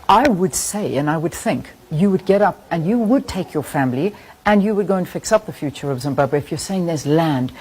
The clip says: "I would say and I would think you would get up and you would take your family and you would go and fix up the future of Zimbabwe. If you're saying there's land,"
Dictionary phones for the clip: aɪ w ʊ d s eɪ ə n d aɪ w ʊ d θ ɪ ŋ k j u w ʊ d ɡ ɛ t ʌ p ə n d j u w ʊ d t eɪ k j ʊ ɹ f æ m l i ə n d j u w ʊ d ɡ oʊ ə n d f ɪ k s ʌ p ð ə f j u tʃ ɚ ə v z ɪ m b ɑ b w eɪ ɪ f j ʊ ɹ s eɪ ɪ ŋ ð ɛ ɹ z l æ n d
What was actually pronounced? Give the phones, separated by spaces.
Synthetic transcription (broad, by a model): aɪ w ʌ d s eɪ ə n aɪ w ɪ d θ ɪ ŋ k j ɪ w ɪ d ɡ ɛ t ʌ p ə n j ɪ w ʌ d t eɪ k j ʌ ɹ f æ m l i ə n j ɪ w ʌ d ɡ oʊ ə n f ɪ k s ʌ p ð ə f j u tʃ ɚ ə v z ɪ m b ɑ b w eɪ ɪ f j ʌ ɹ s eɪ ɪ ŋ ð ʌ ɹ z l æ n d